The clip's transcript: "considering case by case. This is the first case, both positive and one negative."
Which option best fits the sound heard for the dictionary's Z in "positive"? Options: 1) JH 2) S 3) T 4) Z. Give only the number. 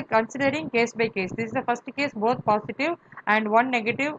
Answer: 2